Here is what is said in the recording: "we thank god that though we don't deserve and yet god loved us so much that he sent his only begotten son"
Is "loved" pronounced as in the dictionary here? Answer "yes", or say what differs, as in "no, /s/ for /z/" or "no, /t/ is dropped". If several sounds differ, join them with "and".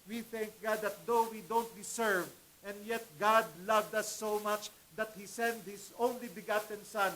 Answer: yes